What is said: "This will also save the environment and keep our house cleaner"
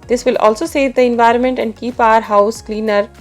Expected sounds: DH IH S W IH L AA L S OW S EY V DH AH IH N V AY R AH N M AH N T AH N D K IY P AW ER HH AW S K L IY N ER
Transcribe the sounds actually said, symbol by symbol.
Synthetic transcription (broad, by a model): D IH S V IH L AA L S OW S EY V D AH IH N V AY R AH N M AH N T AH N D K IY P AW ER HH AW S K L IY N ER